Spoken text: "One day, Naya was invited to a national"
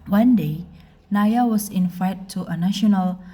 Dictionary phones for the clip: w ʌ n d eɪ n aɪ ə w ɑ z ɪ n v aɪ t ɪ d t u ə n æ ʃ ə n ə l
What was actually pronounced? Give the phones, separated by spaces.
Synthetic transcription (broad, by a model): w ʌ n d eɪ n aɪ ə w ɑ s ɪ n f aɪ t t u ə n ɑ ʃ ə n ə l